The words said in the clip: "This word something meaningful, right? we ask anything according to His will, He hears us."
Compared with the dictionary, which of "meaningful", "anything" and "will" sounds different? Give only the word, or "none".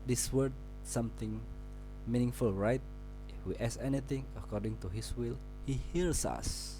anything